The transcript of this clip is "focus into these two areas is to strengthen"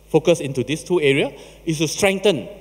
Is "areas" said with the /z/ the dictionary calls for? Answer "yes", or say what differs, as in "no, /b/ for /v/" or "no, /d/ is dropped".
no, /z/ is dropped